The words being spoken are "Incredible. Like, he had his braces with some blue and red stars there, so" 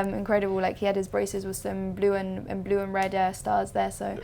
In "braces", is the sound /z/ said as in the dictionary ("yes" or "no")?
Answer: yes